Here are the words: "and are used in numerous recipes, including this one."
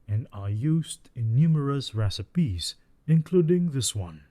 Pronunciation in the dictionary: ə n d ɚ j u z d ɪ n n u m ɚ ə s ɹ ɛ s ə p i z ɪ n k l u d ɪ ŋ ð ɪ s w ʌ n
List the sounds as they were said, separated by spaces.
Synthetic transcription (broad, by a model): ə n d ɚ j u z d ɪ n n u m ɚ ə s ɹ ɛ s ə p i z ɪ n k l u d ɪ ŋ ð ɪ s w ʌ n